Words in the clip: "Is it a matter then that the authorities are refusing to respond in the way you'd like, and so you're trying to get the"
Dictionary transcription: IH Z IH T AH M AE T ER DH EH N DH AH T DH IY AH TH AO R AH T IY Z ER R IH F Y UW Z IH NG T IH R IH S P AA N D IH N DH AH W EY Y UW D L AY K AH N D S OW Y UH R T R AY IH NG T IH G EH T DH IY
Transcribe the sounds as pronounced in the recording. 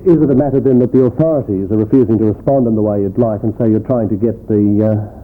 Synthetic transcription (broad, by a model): IH Z IH T AH M AE T ER DH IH N DH AH T DH IY AH TH AO R AH T IY Z ER R IH F Y UW Z IH NG T IH R IH S P AA N D IH N DH AH W EY Y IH D L AY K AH N S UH Y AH R T R AY IH NG T IH G EH T DH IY